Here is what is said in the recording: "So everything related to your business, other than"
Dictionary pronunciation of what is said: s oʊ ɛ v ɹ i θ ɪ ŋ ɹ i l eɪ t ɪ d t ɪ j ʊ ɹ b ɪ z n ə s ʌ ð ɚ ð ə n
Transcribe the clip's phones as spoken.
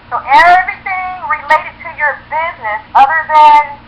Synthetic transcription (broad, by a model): s oʊ ɛ v ɹ i θ ɪ ŋ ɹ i l eɪ ɪ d t ɪ j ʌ ɹ b ɪ z n ə s ʌ ð ɚ ð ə n